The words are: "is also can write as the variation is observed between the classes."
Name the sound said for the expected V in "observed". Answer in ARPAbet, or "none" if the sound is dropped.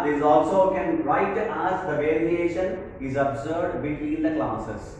none